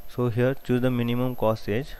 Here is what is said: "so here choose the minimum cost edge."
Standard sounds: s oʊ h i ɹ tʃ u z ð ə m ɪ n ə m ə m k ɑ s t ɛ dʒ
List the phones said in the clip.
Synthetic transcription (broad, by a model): s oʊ h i ɹ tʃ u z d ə m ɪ n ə m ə m k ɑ s ɛ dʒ